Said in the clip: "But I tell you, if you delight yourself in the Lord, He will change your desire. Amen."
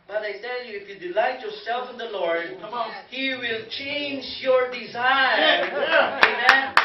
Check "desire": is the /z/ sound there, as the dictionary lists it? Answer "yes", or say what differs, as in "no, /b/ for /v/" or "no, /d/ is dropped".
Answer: yes